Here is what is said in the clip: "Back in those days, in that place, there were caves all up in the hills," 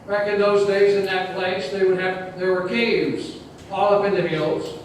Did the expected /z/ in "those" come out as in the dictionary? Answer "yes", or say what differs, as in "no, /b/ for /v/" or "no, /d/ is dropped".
yes